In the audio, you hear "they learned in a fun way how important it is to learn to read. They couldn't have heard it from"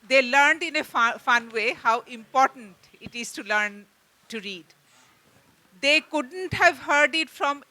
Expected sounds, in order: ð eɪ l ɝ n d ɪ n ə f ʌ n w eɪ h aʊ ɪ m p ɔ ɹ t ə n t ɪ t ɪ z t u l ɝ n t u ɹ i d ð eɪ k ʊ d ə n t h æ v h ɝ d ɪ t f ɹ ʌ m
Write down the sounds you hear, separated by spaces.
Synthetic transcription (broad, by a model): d eɪ l ɝ n d ɪ n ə f ʌ n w eɪ h aʊ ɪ m p ɔ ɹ t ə n t ɪ t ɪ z t u l ɝ n t u ɹ i d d eɪ k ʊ d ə n t h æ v h ɝ d ɪ t f ɹ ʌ m